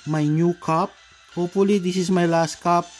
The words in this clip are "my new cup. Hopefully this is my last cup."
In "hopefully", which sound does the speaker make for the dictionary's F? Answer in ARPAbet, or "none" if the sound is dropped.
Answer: none